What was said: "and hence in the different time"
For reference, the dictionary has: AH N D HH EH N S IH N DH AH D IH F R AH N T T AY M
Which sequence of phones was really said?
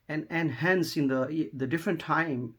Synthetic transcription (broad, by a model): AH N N HH EH N S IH N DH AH D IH F R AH N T T AY M